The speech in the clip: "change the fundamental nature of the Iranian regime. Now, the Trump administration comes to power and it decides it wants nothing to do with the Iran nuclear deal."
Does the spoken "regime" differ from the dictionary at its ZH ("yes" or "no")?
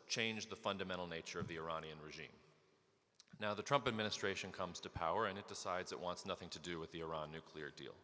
no